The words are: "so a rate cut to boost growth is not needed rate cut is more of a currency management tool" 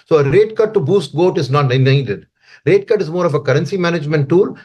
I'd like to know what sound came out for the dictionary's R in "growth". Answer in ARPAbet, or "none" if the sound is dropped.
none